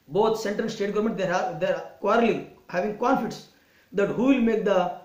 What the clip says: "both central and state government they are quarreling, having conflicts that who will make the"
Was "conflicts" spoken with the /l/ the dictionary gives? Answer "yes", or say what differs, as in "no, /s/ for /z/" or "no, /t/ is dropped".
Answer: no, /l/ is dropped